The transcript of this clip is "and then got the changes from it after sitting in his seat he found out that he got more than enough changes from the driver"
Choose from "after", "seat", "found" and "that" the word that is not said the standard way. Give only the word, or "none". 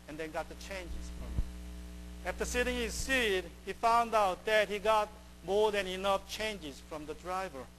none